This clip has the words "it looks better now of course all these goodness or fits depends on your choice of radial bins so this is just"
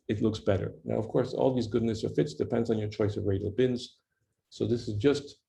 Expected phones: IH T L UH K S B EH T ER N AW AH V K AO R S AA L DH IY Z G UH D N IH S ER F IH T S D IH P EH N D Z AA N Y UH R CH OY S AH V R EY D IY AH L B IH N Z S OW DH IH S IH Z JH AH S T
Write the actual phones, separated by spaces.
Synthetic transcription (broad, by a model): IH T L UH K S B EH T ER N AW AH V K AO R S AA L DH IY Z G UH D N IH S ER F IH T S D IH P EH N D Z N Y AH R CH OY S AH V R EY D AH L B IH N Z S OW DH IH S IH Z JH AH S T